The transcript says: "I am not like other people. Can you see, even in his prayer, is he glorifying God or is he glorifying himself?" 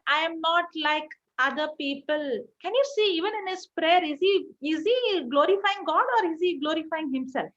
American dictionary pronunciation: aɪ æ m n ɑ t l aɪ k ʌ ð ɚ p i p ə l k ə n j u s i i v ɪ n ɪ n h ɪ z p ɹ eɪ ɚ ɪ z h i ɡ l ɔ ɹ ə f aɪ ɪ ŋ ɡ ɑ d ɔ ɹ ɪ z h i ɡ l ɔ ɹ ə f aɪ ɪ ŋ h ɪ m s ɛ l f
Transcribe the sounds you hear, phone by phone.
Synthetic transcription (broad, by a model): aɪ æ m n ɑ t l aɪ k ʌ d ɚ p i p ə l k ə n j u s i i v ɪ n ɪ n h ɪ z p ɹ eɪ ɚ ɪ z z i ɡ l ɔ ɹ ə f aɪ ɪ ŋ ɡ ɑ d ɔ ɹ ɪ z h i ɡ l ɔ ɹ ə f aɪ ɪ ŋ h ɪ m s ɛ l f